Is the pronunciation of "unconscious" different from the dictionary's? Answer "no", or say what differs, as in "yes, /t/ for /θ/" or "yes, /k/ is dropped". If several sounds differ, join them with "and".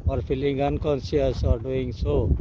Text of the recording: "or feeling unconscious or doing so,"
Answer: yes, /s/ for /ʃ/